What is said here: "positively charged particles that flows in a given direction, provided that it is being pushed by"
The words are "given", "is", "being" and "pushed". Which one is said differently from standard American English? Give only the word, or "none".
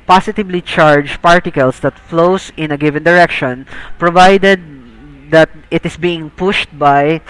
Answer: is